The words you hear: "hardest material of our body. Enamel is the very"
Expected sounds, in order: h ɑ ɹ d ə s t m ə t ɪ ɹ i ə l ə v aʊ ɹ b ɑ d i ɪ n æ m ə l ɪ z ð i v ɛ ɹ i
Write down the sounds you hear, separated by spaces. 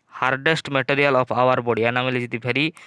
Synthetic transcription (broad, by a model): h ɑ ɹ d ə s t m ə t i ɹ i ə l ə p aʊ ɹ b ɑ d i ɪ n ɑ m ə l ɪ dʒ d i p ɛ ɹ i